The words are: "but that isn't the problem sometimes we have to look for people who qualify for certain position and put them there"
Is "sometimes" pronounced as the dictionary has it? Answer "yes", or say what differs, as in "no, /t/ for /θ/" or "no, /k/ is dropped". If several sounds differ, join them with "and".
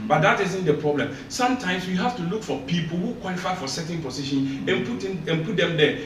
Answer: no, /s/ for /z/